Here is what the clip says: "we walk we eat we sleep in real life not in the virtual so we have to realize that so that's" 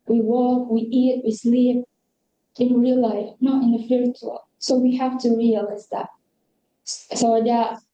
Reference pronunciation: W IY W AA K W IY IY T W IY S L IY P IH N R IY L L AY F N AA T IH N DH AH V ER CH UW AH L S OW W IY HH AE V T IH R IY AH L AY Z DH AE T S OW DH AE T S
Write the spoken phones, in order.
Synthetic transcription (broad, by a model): W IY W AA K W IY IY T W IY S L IY P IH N R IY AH L AY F N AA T IH N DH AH F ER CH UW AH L S OW W IY HH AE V T IH R IY AH L AY Z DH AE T S OW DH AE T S